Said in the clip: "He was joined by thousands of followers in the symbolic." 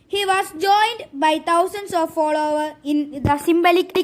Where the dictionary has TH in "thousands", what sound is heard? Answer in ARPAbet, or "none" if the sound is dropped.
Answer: T